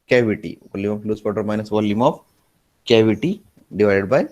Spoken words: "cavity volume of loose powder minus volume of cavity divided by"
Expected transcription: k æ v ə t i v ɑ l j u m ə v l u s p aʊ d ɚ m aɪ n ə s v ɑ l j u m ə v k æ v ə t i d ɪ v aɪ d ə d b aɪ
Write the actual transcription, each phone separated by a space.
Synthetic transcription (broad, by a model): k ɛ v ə t i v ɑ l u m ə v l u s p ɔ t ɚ m aɪ n ə s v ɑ l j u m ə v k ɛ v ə t i d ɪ v aɪ d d b aɪ